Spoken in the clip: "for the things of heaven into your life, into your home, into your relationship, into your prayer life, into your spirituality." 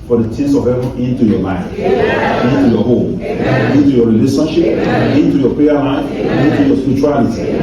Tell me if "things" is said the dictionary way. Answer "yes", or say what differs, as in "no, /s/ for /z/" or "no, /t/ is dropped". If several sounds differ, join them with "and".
no, /t/ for /θ/